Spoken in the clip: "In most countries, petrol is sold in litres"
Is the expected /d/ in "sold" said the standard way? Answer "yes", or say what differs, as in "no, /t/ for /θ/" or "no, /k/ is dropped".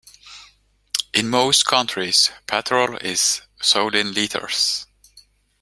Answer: no, /d/ is dropped